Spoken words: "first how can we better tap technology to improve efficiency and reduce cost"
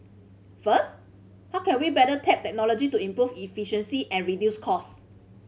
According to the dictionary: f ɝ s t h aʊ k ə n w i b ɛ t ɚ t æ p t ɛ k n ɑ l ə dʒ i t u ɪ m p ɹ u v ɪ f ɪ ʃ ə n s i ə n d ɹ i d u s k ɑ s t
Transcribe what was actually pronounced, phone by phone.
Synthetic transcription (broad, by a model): f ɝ s t h aʊ k ə n w i b ɛ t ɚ t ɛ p t ɛ k n ɑ l ə dʒ i t u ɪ m p ɹ u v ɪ f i ʃ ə n s i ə n ɹ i d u s k ɑ s